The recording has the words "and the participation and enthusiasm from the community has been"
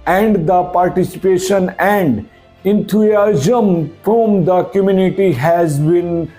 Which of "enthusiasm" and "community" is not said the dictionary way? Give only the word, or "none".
enthusiasm